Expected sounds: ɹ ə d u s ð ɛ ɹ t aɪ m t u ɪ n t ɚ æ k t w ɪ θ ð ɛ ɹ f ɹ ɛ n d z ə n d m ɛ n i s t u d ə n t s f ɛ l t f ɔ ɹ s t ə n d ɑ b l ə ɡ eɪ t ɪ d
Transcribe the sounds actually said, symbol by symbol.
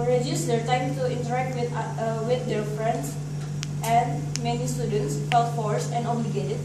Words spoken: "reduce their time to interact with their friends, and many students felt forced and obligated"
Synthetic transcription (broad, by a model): ɹ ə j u s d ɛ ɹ t aɪ m t u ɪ n t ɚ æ k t w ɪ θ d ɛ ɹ f ɹ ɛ n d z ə n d m ɛ n i s t u d ə n t s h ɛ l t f ɔ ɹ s ə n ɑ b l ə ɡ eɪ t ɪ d